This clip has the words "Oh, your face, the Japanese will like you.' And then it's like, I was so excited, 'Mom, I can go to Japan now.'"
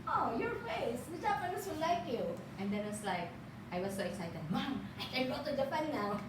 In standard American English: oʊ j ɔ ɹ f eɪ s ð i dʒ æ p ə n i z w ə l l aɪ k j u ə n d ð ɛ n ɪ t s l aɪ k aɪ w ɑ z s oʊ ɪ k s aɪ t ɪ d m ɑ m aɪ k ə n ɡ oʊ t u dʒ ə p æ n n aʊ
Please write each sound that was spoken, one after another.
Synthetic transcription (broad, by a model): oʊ j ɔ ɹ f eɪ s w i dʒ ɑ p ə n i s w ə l l aɪ k j u ə n d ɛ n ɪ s l aɪ k aɪ w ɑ s oʊ ɪ k s aɪ t ɪ d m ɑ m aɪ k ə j ɡ oʊ t u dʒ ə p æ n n aʊ